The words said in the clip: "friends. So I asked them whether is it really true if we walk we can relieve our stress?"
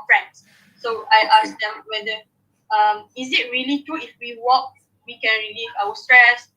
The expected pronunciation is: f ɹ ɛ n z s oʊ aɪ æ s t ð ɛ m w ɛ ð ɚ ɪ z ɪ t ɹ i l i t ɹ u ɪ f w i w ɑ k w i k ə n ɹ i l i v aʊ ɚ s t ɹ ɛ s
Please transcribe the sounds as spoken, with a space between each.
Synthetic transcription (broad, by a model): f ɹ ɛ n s s oʊ aɪ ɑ s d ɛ m w ɛ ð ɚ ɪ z ɪ t ɹ i l i t u ɪ f w i w ɑ k w i k ə n ɹ i l i v aʊ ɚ s t ɹ ɛ s